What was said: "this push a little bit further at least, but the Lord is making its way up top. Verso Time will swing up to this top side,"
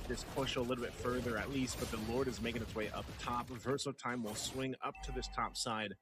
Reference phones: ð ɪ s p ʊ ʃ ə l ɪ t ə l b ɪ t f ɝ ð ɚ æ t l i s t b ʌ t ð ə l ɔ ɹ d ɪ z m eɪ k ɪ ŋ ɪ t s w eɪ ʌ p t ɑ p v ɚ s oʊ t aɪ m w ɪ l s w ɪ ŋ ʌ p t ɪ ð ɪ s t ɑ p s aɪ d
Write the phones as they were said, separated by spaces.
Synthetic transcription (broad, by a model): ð ɪ s p ʊ ʃ ə l ɪ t l b ɪ t f ɝ ð ɚ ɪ t l i s t b ʌ t ð ə l ɔ ɹ d ɪ z m eɪ k ɪ ŋ ɪ t s w eɪ ʌ p t ɑ p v ɚ s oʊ t aɪ m w ɪ l s w ɪ ŋ ʌ p t ɪ ð ɪ s t ɑ p s aɪ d